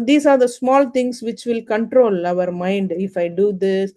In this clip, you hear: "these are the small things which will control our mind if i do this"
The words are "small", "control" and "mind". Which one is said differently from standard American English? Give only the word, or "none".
none